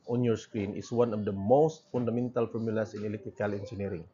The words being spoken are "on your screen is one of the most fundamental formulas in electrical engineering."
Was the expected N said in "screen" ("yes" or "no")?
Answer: yes